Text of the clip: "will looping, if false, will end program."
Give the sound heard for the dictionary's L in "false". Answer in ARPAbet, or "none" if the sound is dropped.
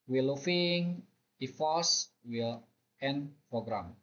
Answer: none